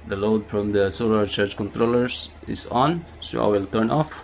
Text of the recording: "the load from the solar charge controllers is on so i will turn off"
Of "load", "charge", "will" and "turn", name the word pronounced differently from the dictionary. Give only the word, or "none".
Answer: charge